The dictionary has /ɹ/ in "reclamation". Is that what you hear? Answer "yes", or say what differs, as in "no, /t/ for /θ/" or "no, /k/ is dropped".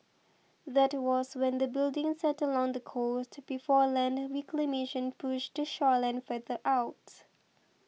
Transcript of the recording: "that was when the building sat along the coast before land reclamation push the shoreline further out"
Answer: no, /w/ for /ɹ/